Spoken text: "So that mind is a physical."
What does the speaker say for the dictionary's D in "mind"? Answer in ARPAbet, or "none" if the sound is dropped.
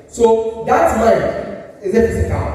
none